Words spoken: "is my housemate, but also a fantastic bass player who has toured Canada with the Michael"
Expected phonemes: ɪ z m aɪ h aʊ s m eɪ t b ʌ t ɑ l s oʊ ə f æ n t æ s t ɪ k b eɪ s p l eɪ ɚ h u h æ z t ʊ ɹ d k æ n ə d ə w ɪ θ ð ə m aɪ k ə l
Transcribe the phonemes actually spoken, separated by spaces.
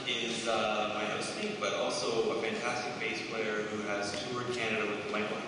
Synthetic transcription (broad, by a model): ɪ z m aɪ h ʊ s eɪ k b ʌ t ɑ l s oʊ ə f æ n t æ s t ɪ k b eɪ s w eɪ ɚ h u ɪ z t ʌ ɹ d k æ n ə d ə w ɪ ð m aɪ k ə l